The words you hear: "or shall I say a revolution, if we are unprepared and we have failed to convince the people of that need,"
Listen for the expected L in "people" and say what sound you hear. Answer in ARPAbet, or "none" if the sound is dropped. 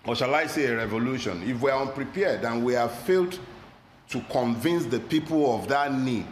L